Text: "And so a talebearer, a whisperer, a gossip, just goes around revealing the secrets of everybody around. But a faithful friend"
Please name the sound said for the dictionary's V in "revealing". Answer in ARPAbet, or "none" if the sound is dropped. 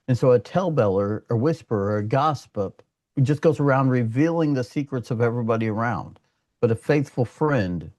V